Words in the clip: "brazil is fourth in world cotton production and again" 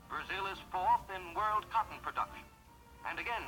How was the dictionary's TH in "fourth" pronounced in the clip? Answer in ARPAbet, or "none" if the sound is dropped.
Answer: TH